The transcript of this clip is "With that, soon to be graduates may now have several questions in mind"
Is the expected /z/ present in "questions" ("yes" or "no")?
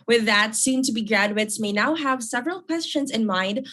yes